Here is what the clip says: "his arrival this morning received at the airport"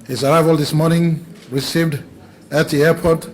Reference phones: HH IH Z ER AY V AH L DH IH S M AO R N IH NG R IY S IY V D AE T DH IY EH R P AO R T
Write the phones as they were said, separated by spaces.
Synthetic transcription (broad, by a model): HH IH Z ER AY V AH L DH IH S M AO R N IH NG R IY S IY V D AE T DH IY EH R P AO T